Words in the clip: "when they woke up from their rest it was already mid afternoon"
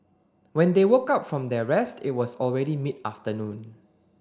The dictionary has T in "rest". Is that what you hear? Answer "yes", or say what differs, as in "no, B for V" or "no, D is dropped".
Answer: yes